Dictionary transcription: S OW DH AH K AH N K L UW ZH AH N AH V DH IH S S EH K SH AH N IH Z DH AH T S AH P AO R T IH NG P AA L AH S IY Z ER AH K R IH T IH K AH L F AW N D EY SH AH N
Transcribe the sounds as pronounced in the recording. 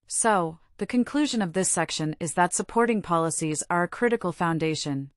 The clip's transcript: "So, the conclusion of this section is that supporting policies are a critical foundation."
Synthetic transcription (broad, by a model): S OW DH AH K AH N K L UW ZH AH N AH V DH IH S S EH K SH AH N IH Z DH AH T S AH P AO R T IH NG P AA L AH S IY Z ER AH K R IH T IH K L F AW N D EY SH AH N